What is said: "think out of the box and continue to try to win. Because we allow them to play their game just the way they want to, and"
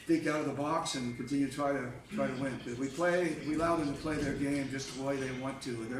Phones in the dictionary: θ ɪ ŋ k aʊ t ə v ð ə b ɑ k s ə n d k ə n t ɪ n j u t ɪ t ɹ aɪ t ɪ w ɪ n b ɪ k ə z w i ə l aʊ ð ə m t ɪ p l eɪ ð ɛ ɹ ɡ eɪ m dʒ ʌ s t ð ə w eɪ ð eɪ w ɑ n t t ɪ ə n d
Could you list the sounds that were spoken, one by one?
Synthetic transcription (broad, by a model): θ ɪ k aʊ t ə v ð ə b ɑ k s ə n k n t ɪ n j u t ɪ t ɹ aɪ t ɪ w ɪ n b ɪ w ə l w i ə l aʊ ð ə m t ɪ p l eɪ ð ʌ ɹ ɡ eɪ m dʒ ʌ s t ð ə w eɪ ð eɪ w ɑ n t t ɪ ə